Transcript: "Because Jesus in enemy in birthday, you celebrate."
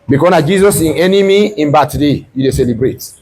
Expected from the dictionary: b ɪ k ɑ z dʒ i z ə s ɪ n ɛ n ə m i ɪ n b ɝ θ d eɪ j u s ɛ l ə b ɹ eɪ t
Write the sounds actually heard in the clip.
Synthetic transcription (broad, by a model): b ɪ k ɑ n dʒ i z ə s ɪ n ɛ n ə m i ɪ n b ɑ t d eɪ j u s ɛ l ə b ɹ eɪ t